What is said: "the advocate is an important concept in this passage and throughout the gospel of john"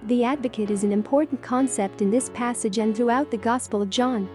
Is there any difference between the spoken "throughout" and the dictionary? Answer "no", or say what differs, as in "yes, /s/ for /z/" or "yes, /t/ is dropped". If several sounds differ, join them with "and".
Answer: no